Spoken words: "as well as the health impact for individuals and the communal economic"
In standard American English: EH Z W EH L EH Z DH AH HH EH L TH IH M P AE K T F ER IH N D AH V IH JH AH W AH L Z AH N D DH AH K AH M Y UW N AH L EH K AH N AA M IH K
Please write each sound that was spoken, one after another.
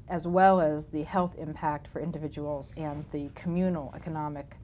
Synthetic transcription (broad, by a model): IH Z W EH L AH Z DH AH HH EH L TH IH M P AE K T F ER IH N D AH V IH JH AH W L Z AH N DH AH K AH M Y UW N L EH K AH N AA M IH K